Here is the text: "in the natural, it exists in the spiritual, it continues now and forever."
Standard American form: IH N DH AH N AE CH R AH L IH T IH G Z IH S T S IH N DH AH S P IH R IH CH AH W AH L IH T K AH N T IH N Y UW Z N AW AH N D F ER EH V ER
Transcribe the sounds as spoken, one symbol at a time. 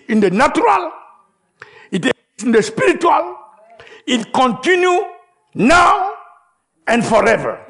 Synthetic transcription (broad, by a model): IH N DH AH N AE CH R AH L IH T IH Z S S IH N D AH S P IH R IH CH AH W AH L IH T K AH N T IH N Y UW N AW AH N D F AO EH V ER